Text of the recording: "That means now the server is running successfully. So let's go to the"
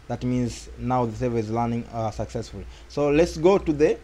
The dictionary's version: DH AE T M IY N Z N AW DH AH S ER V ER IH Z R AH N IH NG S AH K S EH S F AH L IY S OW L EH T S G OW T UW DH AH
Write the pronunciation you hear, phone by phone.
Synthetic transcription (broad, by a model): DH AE T M IY N Z N AW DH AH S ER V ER IH Z L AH N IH NG S AH K S EH S F AH L IY S OW L EH T S G OW T UW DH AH